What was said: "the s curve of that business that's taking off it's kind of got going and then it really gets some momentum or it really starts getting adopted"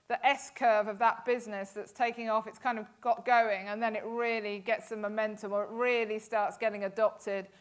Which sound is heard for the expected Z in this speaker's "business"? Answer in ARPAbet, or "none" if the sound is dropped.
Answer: Z